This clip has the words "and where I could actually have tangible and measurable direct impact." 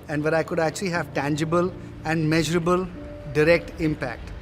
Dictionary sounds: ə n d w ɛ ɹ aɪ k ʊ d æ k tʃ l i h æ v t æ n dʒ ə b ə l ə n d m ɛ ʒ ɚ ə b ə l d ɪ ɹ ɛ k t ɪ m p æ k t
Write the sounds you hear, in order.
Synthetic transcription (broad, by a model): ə n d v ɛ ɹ aɪ k ʊ d æ k tʃ l i h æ v t æ n dʒ ə b ə l ə n d m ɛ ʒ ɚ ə b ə l d ɪ ɹ ɛ k t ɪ m p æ k t